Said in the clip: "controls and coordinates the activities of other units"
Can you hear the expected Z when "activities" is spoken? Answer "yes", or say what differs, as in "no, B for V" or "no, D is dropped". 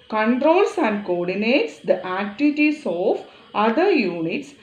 no, S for Z